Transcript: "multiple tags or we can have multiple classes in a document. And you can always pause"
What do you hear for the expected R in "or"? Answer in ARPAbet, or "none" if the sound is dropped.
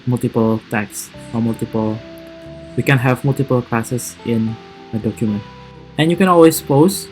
L